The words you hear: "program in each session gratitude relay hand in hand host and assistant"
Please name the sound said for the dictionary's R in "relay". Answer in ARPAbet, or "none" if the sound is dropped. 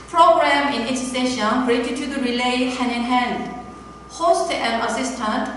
R